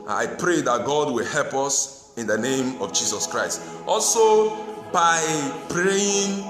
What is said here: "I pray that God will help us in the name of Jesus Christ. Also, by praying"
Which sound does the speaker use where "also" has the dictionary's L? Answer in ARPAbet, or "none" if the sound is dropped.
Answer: L